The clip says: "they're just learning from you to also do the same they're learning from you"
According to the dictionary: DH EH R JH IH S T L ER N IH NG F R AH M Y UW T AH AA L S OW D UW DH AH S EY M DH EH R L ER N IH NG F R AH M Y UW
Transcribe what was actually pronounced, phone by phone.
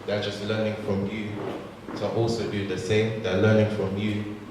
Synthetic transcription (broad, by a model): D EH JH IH S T L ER N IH NG F R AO M Y UW S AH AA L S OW D UW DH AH S EY M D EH L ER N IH NG F R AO M Y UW